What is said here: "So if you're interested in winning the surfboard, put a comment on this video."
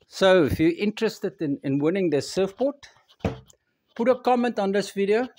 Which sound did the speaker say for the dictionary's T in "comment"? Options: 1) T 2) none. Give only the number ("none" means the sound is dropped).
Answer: 1